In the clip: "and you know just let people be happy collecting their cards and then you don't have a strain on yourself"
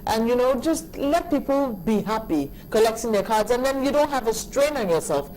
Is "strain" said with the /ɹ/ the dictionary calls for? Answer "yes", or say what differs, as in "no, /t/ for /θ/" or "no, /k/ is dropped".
yes